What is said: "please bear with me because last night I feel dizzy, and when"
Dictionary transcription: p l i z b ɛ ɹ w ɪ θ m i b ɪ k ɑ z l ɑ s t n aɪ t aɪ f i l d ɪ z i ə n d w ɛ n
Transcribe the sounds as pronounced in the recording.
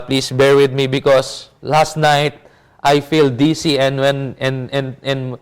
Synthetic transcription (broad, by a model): p l i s b ɛ ɹ w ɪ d m i b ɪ k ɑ s l ɑ s t n aɪ t aɪ f i l d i s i ə n d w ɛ n